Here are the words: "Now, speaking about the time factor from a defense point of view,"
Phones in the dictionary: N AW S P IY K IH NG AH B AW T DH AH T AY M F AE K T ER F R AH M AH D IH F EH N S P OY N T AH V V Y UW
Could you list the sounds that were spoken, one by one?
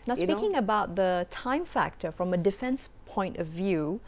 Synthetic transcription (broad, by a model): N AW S IY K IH NG AH B AW T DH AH T AY M F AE K T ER F R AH M AH D IH F EH N S P OY N T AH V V Y UW